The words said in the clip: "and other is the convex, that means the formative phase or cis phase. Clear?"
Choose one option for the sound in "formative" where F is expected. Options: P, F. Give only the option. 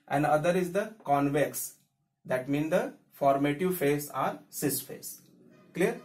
F